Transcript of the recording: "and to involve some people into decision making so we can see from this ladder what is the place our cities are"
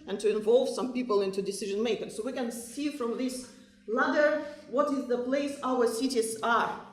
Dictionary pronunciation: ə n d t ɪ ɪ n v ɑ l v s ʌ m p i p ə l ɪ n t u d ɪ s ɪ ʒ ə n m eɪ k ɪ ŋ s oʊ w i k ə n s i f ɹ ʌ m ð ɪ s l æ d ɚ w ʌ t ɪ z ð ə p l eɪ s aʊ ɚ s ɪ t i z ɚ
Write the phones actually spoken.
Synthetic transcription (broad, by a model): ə n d t ɪ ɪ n v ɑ l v s ʌ m p i p ə l ɪ n t u d ɪ s ɪ ʒ ə n m eɪ k ɪ ŋ s oʊ w i k ə n s i f ɹ ʌ m ð ɪ s l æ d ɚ w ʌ t ɪ z ð ə p l eɪ s aʊ ɚ s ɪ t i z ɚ